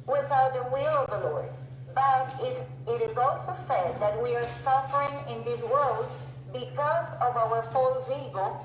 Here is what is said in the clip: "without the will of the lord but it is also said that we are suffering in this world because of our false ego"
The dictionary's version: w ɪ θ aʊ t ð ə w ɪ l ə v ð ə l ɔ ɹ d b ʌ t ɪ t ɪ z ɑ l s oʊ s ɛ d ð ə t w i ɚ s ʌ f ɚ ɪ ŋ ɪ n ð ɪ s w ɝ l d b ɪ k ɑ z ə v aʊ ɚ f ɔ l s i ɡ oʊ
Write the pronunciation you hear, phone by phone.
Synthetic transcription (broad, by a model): w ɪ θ aʊ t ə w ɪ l ə v ð ə l ɔ ɹ d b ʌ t ɪ t ɪ z ɑ l s oʊ s ɛ d ð ə t w i ɚ s ʌ f ɚ ɪ ŋ ɪ n ð ɪ s w ɝ l d b ɪ k ɑ z ə v aʊ ɚ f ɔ l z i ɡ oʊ